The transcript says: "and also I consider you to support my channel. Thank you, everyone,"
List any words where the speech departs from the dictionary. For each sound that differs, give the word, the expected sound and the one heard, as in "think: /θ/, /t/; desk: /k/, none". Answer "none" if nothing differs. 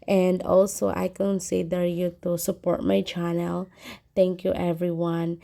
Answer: thank: /θ/, /t/